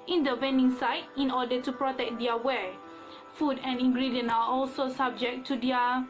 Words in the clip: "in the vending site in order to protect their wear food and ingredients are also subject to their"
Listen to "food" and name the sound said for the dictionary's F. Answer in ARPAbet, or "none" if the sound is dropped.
F